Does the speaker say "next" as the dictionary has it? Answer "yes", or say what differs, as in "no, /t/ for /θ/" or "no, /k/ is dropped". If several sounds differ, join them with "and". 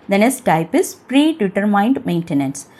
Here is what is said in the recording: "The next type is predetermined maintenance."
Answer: no, /k/ is dropped